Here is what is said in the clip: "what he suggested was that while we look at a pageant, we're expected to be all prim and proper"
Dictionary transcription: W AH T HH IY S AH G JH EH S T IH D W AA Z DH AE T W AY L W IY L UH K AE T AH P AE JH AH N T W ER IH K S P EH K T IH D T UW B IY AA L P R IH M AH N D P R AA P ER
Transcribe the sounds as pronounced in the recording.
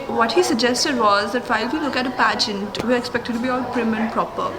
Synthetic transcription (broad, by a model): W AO T HH IY S AH G JH EH S T IH D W AA Z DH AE T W AY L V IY L UH K AE T AH P AE JH AH N T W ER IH K S P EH K T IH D T UW B IY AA P R IH M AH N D P R AA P ER